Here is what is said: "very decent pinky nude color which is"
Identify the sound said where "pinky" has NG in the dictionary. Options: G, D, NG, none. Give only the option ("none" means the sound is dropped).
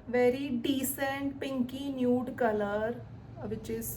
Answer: NG